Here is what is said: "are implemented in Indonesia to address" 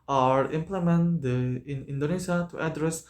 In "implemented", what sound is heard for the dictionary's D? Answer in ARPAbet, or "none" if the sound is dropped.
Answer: none